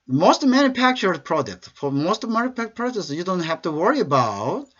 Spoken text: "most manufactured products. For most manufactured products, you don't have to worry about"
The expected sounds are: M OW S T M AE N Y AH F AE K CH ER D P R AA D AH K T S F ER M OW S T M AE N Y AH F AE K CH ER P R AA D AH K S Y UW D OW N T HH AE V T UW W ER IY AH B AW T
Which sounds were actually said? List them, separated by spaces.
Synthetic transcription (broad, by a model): M OW S T M AE N Y AH F AE K CH ER D P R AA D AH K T S F ER M OW S T M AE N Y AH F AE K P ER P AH S Y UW D OW N T HH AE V T UW W ER IY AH B AW T